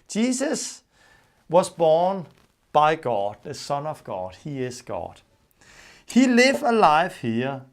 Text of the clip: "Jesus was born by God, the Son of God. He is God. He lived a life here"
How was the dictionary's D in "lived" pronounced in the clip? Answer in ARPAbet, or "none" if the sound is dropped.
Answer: none